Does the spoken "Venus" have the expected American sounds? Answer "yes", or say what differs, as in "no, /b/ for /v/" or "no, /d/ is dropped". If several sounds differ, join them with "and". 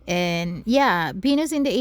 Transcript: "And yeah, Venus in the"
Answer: no, /b/ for /v/